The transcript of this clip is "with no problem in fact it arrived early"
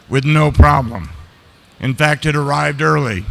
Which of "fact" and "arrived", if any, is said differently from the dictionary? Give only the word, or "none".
none